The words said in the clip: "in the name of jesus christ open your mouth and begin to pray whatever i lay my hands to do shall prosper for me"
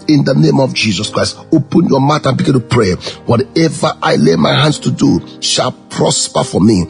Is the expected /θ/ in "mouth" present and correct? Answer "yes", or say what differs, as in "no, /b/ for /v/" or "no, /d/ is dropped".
no, /t/ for /θ/